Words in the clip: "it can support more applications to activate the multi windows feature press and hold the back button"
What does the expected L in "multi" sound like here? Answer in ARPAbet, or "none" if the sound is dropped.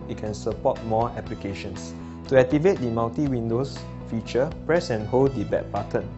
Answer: N